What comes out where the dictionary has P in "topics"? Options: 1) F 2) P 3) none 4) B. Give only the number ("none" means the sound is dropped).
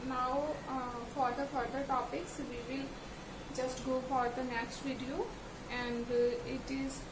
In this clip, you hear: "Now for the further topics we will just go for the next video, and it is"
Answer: 2